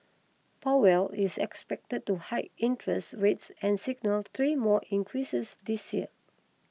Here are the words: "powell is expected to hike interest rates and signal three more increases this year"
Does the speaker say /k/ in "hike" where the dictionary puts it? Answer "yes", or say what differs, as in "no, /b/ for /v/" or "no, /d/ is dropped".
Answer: no, /k/ is dropped